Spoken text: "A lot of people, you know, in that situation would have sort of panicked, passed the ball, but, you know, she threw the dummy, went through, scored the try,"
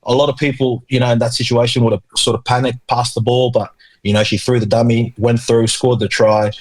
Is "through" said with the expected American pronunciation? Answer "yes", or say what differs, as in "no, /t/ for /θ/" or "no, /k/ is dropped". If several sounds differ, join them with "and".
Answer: yes